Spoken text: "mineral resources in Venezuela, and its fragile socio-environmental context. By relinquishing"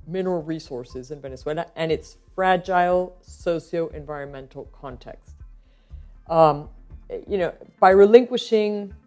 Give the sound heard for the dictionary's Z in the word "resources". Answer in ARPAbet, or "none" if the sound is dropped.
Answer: Z